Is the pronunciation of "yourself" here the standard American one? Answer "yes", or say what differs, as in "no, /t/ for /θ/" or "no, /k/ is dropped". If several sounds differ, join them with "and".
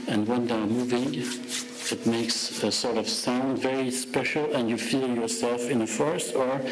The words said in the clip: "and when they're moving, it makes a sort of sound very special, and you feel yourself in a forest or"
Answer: yes